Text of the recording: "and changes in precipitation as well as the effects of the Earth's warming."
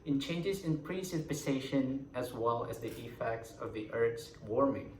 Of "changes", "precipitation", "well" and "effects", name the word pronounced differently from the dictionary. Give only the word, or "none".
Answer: precipitation